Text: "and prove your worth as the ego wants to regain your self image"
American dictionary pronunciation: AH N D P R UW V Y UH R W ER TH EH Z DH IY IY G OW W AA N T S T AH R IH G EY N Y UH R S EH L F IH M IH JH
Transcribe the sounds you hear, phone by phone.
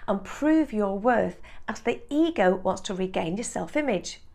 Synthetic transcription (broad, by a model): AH N P R UW V Y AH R W ER TH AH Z DH IY IY G OW W AA N T S T AH R IH G EY N Y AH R S EH L F IH M IH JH